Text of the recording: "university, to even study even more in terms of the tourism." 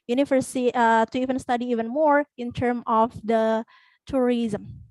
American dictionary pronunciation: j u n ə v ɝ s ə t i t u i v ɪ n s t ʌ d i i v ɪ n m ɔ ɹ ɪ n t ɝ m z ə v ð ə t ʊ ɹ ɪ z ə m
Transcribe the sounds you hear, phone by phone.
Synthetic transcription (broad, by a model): j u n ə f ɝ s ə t t u i v ɪ n s t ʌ d i i v ɪ n m ɔ ɹ ɪ n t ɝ m ə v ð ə t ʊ ɹ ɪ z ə m